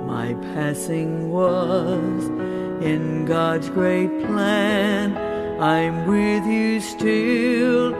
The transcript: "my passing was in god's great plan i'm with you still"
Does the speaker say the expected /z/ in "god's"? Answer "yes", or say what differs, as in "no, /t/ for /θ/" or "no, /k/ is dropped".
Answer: yes